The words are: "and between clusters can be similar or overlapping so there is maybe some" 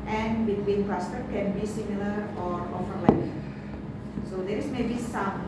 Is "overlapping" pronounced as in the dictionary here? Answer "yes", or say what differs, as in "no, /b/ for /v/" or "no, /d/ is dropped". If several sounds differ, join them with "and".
no, /p/ is dropped